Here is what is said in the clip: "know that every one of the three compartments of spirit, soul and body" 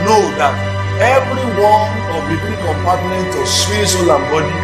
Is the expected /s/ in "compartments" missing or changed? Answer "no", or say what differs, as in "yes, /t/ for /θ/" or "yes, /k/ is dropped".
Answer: yes, /s/ is dropped